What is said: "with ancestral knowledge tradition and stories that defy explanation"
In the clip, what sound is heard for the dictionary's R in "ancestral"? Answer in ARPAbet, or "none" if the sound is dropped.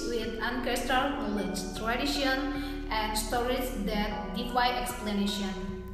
none